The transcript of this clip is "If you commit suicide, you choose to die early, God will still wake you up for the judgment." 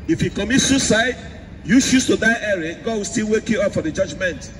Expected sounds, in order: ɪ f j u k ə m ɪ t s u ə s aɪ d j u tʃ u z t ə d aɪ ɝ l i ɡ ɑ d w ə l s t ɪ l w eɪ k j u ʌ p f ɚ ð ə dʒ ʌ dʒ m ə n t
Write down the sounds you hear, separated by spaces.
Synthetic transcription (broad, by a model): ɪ f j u k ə m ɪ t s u s aɪ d j u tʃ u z t ə d aɪ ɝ i ɡ ɑ d w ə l s t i l w eɪ k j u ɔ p f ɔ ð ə dʒ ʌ dʒ m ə n t